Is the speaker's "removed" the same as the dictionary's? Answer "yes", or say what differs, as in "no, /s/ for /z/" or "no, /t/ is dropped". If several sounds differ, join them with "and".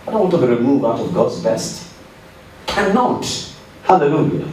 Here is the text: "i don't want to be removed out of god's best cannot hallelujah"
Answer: no, /v/ is dropped